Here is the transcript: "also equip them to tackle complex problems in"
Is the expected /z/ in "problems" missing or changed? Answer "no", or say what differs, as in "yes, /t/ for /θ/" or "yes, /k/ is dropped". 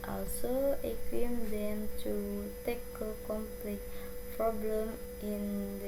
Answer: yes, /z/ is dropped